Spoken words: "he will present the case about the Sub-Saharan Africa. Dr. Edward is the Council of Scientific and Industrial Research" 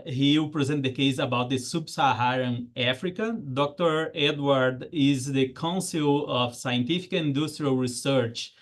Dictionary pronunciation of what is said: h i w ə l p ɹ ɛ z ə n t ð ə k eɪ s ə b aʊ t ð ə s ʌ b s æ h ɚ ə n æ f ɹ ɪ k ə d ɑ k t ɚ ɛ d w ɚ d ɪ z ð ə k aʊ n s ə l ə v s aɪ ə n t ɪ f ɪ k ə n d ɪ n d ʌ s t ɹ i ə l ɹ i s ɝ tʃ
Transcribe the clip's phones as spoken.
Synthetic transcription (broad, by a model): h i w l p ɹ ɛ z ə n t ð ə k eɪ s ə b aʊ t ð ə s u b s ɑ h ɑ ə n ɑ f ɹ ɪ k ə d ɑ k t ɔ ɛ d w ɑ d ɪ z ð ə k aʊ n s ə l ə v s aɪ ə n t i f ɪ k ə n d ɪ s t ɹ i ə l ɹ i s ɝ tʃ